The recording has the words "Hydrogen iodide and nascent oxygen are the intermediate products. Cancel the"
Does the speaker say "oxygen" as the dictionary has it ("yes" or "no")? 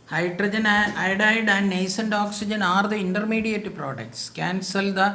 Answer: yes